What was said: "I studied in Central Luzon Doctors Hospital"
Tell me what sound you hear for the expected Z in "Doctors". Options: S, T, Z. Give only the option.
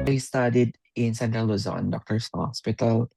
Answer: S